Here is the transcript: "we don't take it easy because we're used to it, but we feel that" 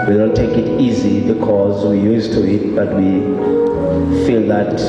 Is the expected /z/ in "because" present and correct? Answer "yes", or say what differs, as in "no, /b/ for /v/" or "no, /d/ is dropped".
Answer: yes